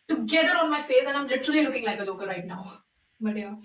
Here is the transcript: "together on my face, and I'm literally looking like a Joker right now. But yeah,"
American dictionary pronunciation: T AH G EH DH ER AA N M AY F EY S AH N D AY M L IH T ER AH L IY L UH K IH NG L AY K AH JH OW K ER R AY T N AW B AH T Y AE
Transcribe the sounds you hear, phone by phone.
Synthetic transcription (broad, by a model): T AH G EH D ER AA N M AY F EY S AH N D AY M L IH T ER AH L IY L UH K IH NG L AY K AH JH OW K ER R AY T N AW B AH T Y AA